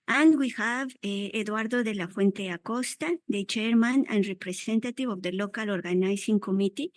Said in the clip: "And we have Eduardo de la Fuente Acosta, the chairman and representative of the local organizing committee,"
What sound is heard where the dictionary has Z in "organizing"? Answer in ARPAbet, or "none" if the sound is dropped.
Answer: S